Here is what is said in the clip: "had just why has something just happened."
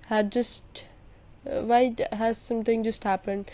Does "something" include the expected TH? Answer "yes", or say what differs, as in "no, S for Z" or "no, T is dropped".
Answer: no, T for TH